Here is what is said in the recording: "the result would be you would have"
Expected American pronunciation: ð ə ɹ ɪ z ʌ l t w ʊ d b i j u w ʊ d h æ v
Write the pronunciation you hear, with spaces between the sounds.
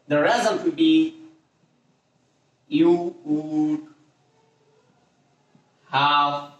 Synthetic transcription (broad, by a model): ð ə ɹ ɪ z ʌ n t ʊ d b i j u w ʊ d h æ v